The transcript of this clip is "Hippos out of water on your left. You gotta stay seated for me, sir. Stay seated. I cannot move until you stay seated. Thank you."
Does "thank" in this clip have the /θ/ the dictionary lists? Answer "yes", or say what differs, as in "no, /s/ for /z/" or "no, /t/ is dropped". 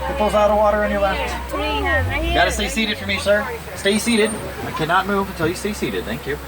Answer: yes